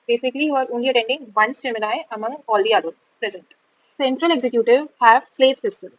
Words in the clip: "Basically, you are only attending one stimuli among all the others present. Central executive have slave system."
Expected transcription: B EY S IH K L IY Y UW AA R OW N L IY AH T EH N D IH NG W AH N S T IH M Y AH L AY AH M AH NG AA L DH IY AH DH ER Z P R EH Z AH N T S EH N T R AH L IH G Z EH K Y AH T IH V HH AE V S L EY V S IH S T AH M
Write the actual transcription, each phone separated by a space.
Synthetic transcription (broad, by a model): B EY S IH K L IY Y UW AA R OW N L IY AH T EH N D IH NG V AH N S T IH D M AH N AY AH M AH NG AA L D IY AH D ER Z P R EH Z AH N T S EH N T R AH L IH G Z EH K Y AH T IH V HH AE V S L EY V S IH S T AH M